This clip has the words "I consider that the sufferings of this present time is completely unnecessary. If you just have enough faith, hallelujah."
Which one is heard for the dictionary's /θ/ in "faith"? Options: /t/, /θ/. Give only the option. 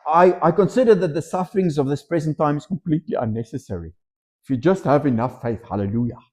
/θ/